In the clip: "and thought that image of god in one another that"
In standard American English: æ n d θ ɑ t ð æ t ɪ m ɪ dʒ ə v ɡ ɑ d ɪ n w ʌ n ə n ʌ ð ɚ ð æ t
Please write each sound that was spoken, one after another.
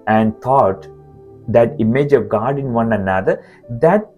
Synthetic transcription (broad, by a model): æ n d t ɑ t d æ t ɪ m ɪ dʒ ə v ɡ ɑ d ɪ n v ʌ n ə n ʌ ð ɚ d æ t